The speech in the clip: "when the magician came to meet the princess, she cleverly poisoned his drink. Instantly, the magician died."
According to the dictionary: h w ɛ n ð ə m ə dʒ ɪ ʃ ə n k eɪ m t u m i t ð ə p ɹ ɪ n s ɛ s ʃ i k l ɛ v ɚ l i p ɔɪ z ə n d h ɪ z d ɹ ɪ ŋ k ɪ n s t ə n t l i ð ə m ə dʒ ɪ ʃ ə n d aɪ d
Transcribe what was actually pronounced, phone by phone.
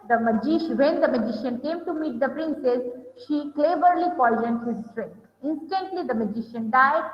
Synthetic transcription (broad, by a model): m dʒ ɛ n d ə m ə dʒ ɪ ʃ ə n k eɪ m t u m i t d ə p ɹ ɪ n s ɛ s ʃ i k l ɛ b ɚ l i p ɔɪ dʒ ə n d h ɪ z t ɹ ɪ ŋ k ɪ n s t ə n t l i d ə m ə dʒ ɪ ʃ ə n d aɪ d